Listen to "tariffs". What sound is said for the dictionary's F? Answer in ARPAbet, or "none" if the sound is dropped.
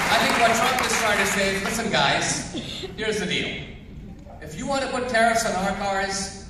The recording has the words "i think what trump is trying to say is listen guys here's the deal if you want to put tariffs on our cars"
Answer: none